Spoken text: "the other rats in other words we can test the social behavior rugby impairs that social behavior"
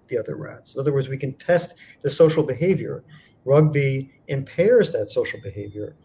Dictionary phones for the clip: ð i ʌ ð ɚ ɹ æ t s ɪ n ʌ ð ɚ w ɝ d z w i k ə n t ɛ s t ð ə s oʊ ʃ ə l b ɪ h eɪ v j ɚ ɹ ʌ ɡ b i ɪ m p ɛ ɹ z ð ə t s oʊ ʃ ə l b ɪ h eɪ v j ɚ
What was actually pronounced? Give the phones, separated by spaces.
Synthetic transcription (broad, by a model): ð i ʌ ð ɚ ɹ æ t s ɪ n ʌ ð ɚ w ɝ d z w i k ə n t ɛ s t ð ə s oʊ ʃ l b ɪ h eɪ v j ɚ ɹ ʌ ɡ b i ɪ m p ɛ ɹ z ð ə t s oʊ ʃ l b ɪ h eɪ v j ɚ